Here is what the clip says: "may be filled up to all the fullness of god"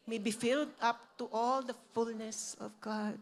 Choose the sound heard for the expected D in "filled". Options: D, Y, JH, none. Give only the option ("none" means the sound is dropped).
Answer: D